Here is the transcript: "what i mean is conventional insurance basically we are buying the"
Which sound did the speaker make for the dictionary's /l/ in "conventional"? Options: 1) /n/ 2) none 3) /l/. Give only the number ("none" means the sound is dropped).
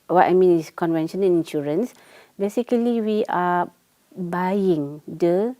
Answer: 1